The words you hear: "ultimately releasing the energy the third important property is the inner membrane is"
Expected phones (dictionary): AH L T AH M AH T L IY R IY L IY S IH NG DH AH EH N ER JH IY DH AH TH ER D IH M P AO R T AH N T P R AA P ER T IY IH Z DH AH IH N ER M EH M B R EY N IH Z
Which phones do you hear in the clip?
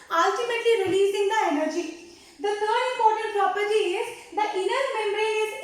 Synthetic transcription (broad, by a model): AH L T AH M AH T L IY R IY L IY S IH NG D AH EH N ER JH IY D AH T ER D IH M P AO R T AH N T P R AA P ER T IY IH Z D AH IH N ER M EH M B R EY IH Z